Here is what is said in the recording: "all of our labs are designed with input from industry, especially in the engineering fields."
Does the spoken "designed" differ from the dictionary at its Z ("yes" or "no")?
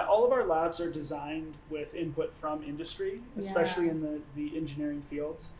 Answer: no